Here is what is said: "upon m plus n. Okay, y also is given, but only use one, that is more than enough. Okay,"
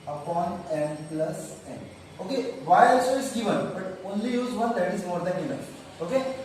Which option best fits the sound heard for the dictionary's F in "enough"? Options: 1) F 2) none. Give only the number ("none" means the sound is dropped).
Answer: 2